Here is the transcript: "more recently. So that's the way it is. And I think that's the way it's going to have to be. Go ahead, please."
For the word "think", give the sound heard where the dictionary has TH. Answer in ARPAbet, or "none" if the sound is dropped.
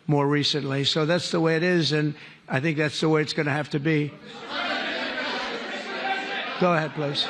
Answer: TH